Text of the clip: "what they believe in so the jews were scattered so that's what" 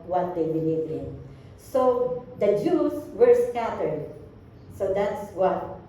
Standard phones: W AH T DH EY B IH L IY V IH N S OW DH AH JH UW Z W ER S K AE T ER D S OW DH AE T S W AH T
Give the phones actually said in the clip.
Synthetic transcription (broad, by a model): W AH T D EY B IH L IY V IH N S OW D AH JH UW S W ER S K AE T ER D S OW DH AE T S W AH T